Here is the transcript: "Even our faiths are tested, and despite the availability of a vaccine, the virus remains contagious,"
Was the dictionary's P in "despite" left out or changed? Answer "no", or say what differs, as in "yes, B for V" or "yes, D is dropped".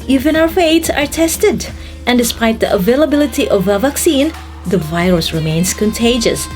no